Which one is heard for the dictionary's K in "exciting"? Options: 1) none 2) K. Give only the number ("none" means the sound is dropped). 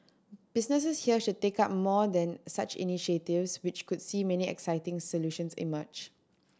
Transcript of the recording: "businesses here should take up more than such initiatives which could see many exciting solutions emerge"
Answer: 2